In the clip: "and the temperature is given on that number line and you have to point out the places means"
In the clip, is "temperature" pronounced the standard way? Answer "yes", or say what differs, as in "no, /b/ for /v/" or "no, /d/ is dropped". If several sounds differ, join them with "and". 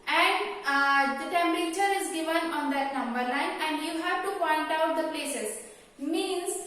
yes